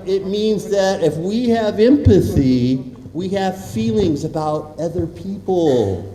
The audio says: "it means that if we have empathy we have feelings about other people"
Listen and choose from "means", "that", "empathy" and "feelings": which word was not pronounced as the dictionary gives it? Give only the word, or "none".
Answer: none